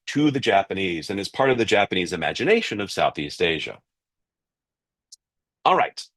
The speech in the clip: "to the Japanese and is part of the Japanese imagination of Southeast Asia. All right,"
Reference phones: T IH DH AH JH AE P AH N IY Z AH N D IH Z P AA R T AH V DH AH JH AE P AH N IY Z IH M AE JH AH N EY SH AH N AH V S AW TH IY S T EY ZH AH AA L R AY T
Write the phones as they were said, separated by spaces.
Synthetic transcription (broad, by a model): T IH DH AH JH AE P AH N IY Z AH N IH Z P AA R T AH V DH AH JH AE P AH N IY Z IH M AE JH AH N EY SH AH N AH V S AW TH IY S T EY ZH AH AA L R AY T